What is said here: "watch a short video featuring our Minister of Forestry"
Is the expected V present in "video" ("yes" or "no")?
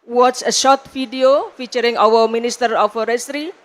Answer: no